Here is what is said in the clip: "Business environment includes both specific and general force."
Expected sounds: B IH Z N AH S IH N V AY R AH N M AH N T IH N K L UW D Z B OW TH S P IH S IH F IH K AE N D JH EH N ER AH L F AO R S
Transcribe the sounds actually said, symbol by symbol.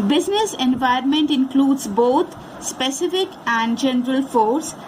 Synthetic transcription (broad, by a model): B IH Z N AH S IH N V AY AH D M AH N T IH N K L UW D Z B OW T S P IH S IH F IH K AE N D JH EH N ER AH L F AO R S